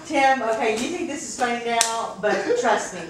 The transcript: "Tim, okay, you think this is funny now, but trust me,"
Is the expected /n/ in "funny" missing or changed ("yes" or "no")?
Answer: yes